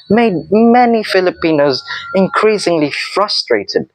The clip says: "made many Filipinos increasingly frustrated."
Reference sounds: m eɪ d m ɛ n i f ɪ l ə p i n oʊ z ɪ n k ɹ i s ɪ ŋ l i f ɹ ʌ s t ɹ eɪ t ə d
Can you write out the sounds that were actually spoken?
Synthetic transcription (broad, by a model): m eɪ d m ɛ n i f ɪ l ə p i n oʊ z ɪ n k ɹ i s ɪ ŋ l i f ɹ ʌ s t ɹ eɪ t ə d